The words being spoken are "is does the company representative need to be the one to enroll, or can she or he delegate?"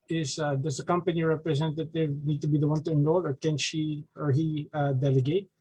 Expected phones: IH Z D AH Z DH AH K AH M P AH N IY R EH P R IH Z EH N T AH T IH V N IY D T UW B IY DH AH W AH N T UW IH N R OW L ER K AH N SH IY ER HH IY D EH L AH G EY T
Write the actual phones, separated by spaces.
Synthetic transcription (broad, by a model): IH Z D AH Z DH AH K AH M P AH N IY R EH P R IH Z EH N T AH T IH V N IY D T UW B IY DH AH W AH N T UW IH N OW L ER K AH N SH IY ER HH IY D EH L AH G EY T